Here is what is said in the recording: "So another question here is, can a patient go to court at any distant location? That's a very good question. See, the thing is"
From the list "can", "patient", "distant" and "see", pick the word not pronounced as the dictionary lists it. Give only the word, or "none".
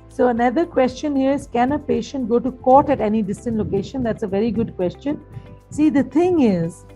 none